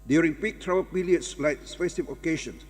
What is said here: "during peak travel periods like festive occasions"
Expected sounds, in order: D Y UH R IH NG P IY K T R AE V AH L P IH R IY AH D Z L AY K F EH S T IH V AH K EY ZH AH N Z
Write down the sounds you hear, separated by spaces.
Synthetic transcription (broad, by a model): D Y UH R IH NG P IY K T R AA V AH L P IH L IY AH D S L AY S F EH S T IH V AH K EY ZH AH N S